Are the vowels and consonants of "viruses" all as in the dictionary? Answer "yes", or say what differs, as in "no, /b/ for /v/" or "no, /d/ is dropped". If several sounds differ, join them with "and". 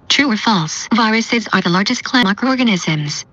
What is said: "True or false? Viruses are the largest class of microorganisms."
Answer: yes